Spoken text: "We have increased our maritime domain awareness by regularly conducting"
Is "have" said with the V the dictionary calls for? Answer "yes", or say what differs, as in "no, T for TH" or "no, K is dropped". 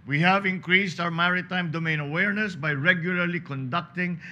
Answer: yes